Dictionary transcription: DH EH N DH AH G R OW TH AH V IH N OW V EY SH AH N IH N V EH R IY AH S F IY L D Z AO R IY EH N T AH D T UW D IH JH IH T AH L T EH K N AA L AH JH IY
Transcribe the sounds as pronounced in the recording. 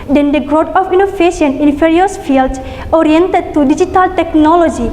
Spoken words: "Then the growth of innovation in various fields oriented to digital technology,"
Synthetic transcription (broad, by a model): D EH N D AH G R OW T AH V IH N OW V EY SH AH N IH N F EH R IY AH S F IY L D S AO R IY EH N T AH D T UW D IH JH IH T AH L T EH K N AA L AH JH IY